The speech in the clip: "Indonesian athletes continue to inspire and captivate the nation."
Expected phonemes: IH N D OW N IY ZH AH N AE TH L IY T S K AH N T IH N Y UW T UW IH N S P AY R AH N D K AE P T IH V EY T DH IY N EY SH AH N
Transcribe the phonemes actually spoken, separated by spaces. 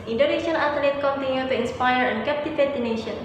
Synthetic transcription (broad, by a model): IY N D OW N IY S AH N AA T L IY T K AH N T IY N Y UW T UW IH N S P AY R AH N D K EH P T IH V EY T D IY N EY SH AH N